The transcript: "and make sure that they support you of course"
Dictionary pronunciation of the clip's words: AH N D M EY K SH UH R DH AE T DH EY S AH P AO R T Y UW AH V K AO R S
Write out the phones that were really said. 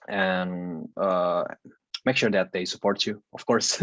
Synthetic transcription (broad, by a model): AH N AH M EY K SH UH R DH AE T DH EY S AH P AO R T Y UW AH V K AO R S